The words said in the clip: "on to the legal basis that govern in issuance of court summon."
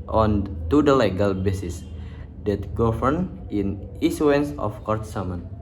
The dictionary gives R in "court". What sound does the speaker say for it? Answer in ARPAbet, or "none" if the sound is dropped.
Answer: R